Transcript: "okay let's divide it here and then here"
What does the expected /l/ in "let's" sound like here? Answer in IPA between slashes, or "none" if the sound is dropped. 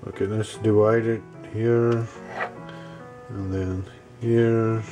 /n/